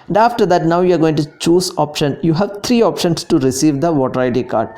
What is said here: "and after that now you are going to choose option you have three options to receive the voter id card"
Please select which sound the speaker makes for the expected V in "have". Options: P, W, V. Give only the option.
V